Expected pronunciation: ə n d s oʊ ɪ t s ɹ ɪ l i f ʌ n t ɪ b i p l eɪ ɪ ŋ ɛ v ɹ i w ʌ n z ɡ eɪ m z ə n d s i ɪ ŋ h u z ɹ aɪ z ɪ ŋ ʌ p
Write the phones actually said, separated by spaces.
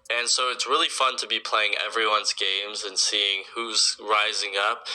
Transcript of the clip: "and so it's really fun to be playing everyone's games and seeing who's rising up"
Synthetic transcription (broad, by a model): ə n s oʊ ɪ t s ɹ ɪ l i f ʌ n t ɪ b i p l eɪ ɪ ŋ ɛ v ɹ i w ʌ n z ɡ eɪ m z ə n s i ɪ ŋ h u z ɹ aɪ z ɪ ŋ ʌ p